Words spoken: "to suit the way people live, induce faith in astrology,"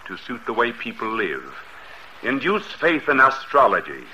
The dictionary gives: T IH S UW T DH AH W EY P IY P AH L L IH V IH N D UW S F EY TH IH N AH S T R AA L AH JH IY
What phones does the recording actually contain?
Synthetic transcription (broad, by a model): T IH S UW T DH AH W EY P IY P L L IH V IH N D UW S F EY TH IH N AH S T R AA L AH JH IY